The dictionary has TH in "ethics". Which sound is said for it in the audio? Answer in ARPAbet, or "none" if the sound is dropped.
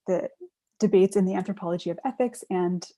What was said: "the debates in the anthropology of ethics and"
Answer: TH